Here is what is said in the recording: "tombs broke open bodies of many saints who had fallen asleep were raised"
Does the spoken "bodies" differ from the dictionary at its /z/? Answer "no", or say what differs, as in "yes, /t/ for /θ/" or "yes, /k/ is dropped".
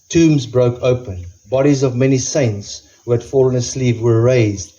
no